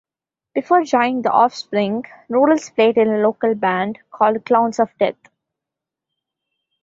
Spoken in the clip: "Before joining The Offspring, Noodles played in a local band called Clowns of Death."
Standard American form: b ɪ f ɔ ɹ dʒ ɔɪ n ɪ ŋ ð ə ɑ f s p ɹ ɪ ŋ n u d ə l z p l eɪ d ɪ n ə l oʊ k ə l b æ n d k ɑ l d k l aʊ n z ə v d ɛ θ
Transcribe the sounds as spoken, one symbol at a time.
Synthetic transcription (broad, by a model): b ɪ f ɔ ɹ dʒ ɔɪ ɪ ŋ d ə ɑ f s p ɹ ɪ ŋ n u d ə l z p l eɪ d ɪ n ə l oʊ k ə l b æ n d k ɑ l d k l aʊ n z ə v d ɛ t